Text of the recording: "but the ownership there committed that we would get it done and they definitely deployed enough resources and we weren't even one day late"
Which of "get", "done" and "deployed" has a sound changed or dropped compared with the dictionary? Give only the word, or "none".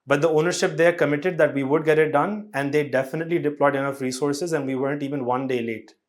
none